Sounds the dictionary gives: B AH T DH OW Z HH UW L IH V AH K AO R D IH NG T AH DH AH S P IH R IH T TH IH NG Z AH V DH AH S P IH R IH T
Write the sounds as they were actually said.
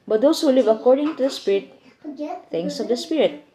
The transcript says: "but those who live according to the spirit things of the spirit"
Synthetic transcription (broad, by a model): B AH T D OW S HH UW L IH V AH K AO R D IH NG T AH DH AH S P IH R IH T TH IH NG S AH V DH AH S P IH R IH T